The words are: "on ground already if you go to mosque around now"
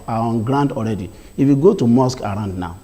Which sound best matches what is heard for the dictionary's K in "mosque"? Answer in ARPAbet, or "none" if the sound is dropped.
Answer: K